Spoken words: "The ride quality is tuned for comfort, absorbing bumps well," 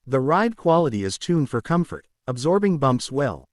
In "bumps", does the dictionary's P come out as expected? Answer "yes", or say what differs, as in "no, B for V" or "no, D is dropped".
yes